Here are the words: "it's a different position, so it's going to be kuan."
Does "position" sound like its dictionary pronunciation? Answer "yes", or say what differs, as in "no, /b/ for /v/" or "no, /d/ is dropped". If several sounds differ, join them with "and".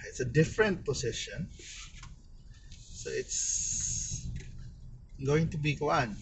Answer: no, /s/ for /z/